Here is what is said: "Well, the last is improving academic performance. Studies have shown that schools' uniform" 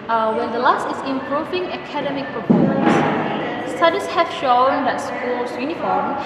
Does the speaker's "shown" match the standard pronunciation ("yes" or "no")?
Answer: yes